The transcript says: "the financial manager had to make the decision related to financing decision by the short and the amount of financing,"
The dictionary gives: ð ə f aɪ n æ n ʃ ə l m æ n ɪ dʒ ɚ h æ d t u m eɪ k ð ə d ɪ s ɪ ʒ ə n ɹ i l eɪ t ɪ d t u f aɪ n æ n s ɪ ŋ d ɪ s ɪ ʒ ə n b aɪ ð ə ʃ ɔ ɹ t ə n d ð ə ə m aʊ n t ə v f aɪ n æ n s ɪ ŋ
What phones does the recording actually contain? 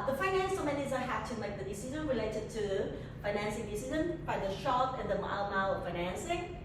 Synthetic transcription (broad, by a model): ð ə f aɪ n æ n s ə m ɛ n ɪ z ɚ h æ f t u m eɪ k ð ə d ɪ s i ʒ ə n ɹ i l eɪ t ɪ d t u f aɪ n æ n s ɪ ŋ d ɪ s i z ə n b aɪ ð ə ʃ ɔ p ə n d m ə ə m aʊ t f aɪ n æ n s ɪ ŋ